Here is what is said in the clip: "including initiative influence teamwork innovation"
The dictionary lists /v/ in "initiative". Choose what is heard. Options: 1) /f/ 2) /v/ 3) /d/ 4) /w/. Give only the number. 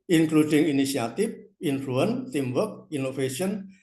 1